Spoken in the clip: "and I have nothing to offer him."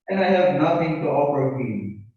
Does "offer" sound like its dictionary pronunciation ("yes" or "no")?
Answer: no